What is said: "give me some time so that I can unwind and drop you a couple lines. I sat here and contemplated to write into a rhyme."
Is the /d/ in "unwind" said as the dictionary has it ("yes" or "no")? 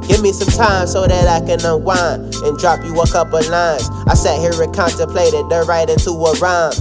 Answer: no